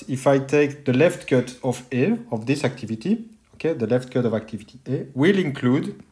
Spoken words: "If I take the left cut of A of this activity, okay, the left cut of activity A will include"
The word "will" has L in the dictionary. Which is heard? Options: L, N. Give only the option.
L